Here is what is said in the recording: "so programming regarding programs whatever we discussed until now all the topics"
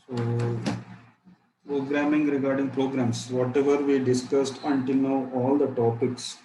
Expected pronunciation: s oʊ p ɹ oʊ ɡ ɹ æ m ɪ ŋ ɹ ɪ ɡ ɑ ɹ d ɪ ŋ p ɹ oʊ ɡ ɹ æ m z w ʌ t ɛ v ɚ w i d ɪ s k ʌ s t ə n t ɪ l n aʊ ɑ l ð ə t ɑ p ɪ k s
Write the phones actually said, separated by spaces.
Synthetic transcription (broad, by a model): s oʊ p ɹ oʊ ɡ ɹ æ m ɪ ŋ ɹ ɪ ɡ ɑ ɹ d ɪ ŋ p ɹ oʊ ɡ ɹ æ m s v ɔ t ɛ v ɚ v i d ɪ s k ʌ s t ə n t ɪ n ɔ ɑ l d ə t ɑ p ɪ k s